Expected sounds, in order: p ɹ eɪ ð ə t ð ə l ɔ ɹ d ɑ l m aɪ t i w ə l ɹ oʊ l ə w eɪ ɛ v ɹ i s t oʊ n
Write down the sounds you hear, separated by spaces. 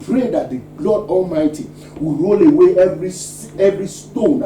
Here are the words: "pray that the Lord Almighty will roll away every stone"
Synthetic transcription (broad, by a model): p ɹ eɪ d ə t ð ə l ɔ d ɑ l m aɪ t i w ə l ɹ oʊ l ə w eɪ ɛ v ɹ i s t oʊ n